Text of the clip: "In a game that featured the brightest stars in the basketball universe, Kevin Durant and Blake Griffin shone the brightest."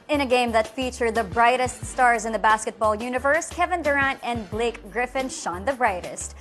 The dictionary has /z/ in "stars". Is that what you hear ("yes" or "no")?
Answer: yes